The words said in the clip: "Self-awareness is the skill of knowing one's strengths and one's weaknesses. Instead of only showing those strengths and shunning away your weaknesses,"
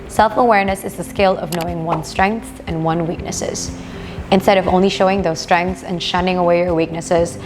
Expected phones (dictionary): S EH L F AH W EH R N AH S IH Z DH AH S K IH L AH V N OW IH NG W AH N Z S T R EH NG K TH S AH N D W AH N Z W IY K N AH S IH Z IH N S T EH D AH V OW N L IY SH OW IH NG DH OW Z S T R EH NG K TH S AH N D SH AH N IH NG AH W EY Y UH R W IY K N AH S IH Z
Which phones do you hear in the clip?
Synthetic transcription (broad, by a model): S EH L F AH W EH R N AH S IH Z DH AH S K IH L AH V N OW IH NG W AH N S T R EH NG K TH AH N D W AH N W IY K N AH S IH Z IH N S T EH D AH V OW N L IY SH OW IH NG DH OW Z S T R EH NG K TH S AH N SH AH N IH NG AH W EY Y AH R W IY K N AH S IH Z